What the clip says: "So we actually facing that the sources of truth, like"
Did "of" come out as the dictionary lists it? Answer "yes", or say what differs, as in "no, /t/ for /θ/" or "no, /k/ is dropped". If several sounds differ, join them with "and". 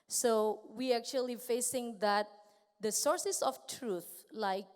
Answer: no, /f/ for /v/